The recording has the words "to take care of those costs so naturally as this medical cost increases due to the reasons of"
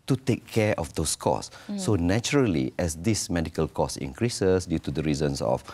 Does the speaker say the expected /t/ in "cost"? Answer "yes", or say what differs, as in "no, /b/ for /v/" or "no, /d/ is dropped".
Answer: no, /t/ is dropped